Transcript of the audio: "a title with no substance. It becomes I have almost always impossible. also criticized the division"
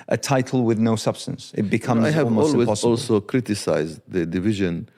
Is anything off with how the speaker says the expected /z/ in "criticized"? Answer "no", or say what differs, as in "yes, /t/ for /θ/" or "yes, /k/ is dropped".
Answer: no